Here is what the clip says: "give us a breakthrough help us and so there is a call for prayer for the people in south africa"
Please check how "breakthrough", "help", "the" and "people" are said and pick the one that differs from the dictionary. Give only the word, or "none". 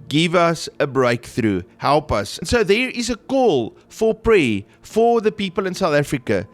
none